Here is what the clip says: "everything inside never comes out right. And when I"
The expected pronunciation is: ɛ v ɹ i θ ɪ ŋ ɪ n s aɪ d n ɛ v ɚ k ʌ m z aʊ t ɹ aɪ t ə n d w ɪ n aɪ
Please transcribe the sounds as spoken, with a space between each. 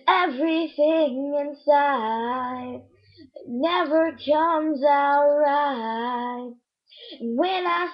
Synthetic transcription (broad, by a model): ɛ v ɹ i θ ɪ ŋ ɪ n s aɪ d n ɛ v ɚ k ʌ m z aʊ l ɹ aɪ ə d w ɪ n aɪ